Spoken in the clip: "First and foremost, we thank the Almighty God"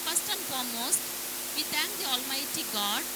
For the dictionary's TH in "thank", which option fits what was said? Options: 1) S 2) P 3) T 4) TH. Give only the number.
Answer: 3